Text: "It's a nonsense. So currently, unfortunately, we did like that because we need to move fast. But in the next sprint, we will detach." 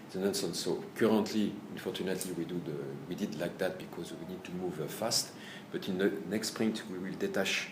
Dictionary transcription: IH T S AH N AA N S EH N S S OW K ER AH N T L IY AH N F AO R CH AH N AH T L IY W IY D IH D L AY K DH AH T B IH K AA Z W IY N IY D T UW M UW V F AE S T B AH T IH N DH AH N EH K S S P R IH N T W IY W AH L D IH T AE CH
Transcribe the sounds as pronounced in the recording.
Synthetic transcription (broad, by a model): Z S AH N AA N S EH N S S OW K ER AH N T L IY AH N F AO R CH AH N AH T L IY W IY D IH D L AY K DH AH T B IH K AA Z W IY N IY D T UW M UW V F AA S T B AH T IH N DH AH N EH K S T P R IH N T W IY W AH L D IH T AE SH